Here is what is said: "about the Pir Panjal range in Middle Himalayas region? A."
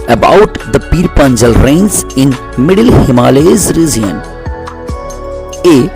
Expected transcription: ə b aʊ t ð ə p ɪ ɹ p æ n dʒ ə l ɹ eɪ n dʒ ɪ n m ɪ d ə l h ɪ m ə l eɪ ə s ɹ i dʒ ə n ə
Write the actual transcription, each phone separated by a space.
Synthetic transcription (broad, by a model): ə b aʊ t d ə p ɪ ɹ p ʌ n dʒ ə l ɹ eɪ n z ɪ n m ɪ d ə l h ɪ m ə l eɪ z ɹ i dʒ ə n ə